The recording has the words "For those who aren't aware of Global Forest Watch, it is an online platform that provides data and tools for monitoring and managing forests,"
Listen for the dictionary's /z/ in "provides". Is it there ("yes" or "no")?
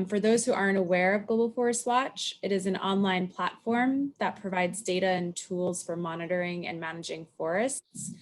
yes